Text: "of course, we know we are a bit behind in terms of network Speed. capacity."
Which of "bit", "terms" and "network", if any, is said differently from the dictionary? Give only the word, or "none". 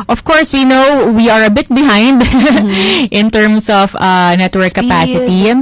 terms